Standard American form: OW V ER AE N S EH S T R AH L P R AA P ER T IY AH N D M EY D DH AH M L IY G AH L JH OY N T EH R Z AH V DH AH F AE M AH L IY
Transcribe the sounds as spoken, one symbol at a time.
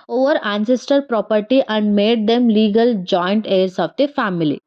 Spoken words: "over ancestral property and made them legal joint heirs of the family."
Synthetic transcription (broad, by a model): OW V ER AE N S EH S T AH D P R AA P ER T IY AH N D M EY D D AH M L IY G AH L JH OY N T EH R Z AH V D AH F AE M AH L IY